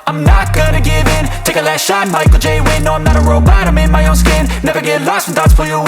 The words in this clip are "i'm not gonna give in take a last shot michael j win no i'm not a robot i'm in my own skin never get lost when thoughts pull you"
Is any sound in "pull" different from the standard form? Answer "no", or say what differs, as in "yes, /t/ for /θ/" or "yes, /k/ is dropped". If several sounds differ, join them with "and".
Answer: yes, /f/ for /p/